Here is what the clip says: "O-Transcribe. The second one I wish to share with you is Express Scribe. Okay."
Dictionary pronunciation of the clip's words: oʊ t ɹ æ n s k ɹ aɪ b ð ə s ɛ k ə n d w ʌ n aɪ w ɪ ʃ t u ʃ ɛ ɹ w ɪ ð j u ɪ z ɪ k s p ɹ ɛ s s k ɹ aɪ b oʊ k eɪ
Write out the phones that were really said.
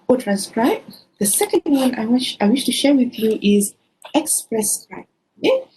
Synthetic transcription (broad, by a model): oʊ t ɹ æ n s k ɹ aɪ b ð ə s ɛ k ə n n w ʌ n aɪ w ɪ ʃ t u ʃ ɛ ɹ w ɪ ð j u ɪ z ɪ k s p ɹ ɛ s s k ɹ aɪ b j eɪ